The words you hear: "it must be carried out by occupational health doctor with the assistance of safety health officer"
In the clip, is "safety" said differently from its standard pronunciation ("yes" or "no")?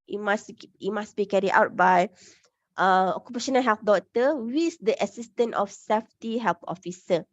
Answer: no